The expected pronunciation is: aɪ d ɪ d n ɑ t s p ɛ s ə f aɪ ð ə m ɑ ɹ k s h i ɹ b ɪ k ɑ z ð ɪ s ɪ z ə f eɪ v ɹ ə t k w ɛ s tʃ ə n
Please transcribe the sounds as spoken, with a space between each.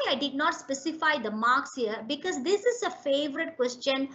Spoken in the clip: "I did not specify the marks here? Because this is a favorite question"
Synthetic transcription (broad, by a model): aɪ d ɪ d n ɑ t s p ɛ s ə f aɪ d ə m ɑ ɹ k s h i ɹ b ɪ k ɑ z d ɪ s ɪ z ə f eɪ v ɹ ə t k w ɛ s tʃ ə n